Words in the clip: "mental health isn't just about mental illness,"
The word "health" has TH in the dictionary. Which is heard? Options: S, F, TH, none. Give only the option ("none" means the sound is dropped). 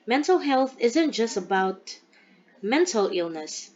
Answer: TH